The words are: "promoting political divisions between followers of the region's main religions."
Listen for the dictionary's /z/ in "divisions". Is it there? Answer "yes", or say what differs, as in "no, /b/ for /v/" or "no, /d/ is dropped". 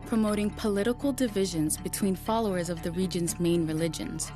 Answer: yes